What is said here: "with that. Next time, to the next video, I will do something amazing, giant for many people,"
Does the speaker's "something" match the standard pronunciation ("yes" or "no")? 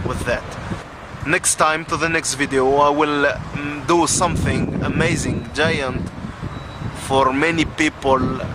yes